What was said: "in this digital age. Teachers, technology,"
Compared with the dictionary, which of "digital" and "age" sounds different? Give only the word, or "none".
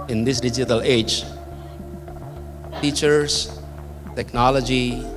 none